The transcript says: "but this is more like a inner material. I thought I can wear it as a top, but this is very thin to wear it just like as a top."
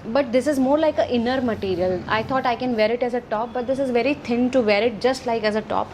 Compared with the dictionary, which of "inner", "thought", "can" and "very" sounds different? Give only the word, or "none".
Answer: thought